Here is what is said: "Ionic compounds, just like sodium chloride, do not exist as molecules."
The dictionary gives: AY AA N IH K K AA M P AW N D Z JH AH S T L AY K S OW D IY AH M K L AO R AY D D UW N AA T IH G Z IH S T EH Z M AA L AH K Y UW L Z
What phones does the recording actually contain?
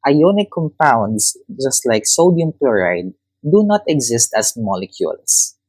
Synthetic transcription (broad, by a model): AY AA N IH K K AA M P AW N D S JH AH S T L AY K S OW D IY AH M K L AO R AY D D UW N AA T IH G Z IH S T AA S M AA L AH K Y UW L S